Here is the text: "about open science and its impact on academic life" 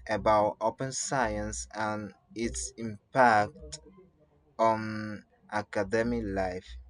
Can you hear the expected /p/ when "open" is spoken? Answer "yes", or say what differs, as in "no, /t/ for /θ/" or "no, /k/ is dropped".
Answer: yes